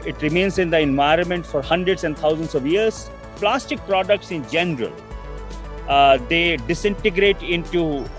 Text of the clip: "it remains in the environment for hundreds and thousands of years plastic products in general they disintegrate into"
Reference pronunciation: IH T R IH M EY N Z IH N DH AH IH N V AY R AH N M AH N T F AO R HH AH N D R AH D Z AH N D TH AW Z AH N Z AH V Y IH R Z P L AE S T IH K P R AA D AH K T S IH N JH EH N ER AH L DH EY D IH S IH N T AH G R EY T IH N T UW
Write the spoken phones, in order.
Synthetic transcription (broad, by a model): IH T R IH M EY N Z IH N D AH IH N V AY R AH N M AH N T F AO R HH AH N D R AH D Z AH N D T AW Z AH N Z AH V Y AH R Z P L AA S T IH K P R AA D AH K T S IH N JH EH N ER AH L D EY D IH S IH N T AH G R EY T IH N T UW